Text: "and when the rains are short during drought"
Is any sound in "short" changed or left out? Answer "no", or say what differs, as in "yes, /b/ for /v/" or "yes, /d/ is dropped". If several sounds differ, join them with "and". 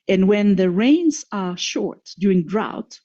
no